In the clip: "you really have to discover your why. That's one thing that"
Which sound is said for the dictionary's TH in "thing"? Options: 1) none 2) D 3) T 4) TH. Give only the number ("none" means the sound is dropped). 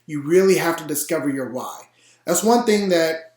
4